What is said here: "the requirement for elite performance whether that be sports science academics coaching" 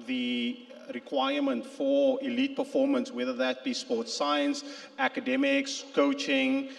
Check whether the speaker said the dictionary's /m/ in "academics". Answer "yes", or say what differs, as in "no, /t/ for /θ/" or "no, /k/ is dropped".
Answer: yes